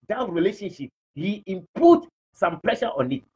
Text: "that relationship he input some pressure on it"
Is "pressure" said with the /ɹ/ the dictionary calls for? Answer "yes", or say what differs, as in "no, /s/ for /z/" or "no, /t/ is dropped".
no, /l/ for /ɹ/